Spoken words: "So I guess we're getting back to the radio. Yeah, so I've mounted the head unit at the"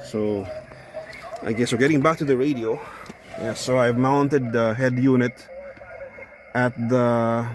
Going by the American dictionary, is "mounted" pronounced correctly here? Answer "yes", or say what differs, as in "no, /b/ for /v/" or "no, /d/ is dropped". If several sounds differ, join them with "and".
yes